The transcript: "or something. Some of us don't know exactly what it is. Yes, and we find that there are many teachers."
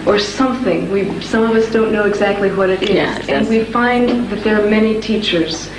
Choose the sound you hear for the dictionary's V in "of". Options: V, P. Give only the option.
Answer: V